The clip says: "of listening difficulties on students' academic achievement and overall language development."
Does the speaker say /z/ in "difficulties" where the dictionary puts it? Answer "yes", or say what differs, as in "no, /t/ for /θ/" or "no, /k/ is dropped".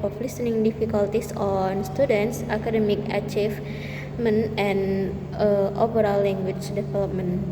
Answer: no, /s/ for /z/